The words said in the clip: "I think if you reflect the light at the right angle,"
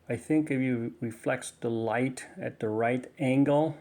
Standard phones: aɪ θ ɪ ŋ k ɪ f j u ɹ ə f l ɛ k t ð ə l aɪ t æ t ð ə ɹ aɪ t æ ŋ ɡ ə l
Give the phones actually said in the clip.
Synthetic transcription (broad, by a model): aɪ θ ɪ ŋ k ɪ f j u ɹ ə f l ɛ k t ð ə l aɪ t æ t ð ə ɹ aɪ t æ ŋ ɡ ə l